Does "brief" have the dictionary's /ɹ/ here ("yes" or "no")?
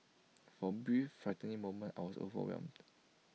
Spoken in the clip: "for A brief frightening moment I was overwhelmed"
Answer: no